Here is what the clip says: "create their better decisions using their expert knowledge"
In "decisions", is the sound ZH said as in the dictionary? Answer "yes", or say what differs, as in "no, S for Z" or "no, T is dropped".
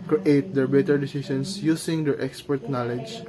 no, S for ZH